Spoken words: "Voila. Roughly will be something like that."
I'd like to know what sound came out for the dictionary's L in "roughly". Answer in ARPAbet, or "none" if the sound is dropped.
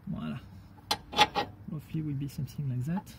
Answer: none